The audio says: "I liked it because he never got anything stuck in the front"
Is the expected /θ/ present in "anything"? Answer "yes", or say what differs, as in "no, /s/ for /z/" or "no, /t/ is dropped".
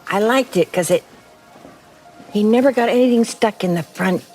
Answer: yes